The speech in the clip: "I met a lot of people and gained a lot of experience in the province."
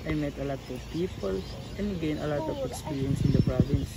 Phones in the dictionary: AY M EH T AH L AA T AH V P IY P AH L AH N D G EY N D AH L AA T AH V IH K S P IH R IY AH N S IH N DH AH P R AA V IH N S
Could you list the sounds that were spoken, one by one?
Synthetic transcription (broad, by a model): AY M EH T AH L AA T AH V P IY P AH L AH N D G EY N AH L AA T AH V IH K S P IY R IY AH N S IH N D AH P R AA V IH N S